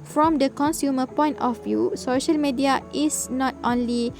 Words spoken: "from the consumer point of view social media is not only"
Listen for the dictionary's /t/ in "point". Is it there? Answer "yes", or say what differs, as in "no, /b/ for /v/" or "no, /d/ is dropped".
yes